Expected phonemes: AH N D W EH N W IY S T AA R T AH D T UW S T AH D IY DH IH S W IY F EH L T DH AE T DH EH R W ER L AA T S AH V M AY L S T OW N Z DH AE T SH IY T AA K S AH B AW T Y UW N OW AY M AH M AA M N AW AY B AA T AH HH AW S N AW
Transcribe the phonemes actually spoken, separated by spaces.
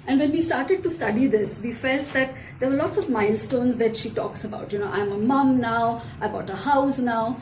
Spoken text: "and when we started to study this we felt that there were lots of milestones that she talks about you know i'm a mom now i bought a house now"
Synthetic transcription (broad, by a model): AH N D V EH N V IY S T AA R T AH D T UW S T AH D IY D IH S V IY F EH L T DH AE T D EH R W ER L AA T S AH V M AY L S T OW N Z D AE T SH IY T AA K S AH B AW T Y UW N OW AY M AH M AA M N AW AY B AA T AH HH AW S N AW